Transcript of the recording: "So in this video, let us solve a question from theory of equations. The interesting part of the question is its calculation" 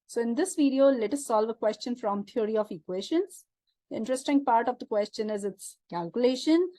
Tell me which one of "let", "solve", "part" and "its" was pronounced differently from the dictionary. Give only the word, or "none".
none